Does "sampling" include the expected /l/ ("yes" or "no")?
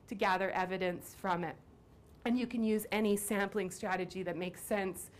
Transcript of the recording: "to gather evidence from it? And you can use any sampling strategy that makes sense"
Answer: yes